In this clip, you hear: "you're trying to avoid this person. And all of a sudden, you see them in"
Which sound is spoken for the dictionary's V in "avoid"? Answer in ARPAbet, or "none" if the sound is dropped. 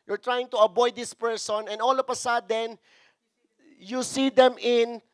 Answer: B